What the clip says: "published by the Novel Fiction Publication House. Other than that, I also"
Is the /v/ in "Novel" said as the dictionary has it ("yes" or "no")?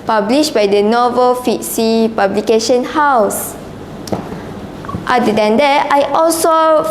yes